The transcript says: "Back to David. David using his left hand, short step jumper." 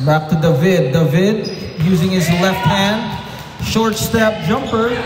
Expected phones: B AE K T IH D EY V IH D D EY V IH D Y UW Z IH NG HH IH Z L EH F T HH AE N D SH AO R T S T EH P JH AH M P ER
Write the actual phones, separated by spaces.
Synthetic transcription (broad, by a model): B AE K T IH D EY V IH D D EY V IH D Y UW Z IH NG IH Z L EH F T HH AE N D SH AO R T S T EH P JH AH M P ER